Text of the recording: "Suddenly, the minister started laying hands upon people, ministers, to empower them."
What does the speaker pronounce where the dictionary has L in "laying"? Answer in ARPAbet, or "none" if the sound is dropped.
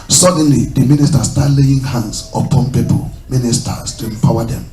L